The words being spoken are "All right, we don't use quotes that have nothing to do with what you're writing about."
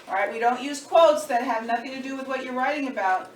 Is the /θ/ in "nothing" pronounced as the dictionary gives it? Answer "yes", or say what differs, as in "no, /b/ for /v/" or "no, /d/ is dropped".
yes